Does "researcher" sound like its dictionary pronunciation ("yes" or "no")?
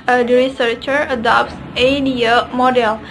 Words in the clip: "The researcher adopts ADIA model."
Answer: yes